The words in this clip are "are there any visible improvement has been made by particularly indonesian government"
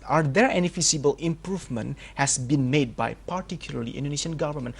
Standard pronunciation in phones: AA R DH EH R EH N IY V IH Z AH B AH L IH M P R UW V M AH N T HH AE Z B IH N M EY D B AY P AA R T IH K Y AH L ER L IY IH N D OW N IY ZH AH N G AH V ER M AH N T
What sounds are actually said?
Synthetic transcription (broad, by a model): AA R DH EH R EH N IY F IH S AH B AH L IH M P R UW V M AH N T HH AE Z B IH N M EY D B AY P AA R T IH K Y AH L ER L IY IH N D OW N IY SH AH N G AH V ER M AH N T